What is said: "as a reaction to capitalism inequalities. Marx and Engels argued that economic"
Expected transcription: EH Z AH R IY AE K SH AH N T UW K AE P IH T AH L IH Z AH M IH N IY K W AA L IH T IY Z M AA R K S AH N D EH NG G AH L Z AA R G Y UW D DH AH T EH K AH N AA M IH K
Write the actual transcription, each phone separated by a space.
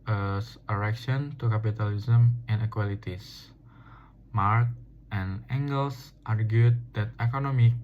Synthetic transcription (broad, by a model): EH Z AH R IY K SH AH N T UW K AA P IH T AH L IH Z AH M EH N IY K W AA L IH T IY S M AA R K AH N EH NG G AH L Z AA R G Y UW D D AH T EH K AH N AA M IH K